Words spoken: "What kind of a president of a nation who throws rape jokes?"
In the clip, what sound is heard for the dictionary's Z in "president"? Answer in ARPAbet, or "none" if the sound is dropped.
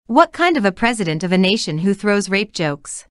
Z